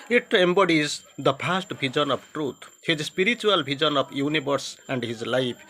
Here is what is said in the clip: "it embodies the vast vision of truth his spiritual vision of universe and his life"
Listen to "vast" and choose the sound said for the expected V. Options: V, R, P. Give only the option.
P